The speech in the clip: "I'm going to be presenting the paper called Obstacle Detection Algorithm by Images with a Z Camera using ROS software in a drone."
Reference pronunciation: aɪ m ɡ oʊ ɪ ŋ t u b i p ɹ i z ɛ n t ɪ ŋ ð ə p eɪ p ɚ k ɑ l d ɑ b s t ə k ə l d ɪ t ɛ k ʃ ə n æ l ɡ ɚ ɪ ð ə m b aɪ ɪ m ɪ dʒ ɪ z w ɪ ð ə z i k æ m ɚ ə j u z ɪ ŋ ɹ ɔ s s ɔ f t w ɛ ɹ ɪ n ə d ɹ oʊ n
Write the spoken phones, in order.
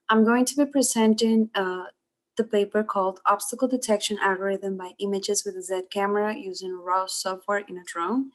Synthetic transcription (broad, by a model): aɪ m ɡ oʊ ɪ ŋ t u b i p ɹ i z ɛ n t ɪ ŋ ð ə p eɪ p ɚ k ɑ l d ɑ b s t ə k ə l d ɪ t ɛ k ʃ ə n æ l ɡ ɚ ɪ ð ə m b aɪ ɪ m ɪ dʒ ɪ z w ɪ ð ə z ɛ k æ m ɚ ə j u z ɪ ŋ ɹ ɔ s s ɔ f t w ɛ ɹ ɪ n ə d ɹ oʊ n